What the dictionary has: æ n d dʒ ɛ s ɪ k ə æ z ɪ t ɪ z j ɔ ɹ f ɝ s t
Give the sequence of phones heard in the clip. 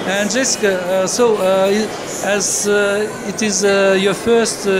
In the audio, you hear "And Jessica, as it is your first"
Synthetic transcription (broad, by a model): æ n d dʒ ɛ s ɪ k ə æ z ɪ t ɪ z j ɔ ɹ f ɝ s t